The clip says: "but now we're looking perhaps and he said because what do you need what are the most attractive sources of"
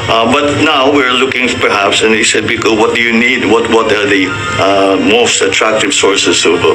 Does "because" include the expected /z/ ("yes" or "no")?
no